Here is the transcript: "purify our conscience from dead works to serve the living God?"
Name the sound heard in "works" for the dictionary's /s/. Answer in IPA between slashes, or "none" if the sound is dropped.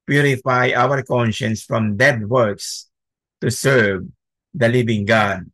/s/